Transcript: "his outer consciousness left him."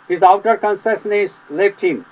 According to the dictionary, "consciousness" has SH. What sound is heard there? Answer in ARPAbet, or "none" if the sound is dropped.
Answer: S